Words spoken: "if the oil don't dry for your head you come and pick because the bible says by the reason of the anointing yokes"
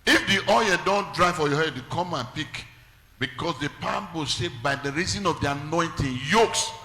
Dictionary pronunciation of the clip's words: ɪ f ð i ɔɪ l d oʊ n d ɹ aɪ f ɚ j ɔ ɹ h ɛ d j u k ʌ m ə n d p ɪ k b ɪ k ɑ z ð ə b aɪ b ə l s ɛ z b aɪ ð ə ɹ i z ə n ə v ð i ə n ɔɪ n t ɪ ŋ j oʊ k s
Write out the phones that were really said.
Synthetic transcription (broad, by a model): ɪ f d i ɔɪ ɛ d oʊ n d ɹ aɪ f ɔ j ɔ h ɛ d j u k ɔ m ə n p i k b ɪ k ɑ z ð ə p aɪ b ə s ɛ b aɪ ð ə ɹ i z ə n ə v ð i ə n ɔɪ n t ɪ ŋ j oʊ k s